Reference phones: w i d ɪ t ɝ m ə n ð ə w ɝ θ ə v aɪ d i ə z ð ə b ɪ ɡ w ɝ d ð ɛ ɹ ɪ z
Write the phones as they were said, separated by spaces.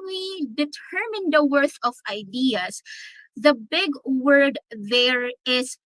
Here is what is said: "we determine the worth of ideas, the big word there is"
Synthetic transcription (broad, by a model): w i d ɪ t ɝ m ə n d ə w ɝ θ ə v aɪ d i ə s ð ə b ɪ ɡ w ɝ d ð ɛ ɹ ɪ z